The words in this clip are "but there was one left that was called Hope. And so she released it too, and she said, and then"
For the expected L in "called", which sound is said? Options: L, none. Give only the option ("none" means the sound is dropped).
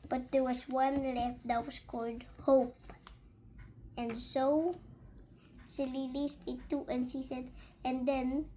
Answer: L